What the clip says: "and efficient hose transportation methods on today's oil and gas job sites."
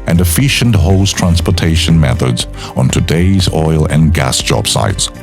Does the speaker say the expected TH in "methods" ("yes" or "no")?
yes